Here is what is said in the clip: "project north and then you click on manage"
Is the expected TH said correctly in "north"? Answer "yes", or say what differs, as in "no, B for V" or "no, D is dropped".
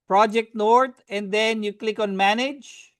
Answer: no, T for TH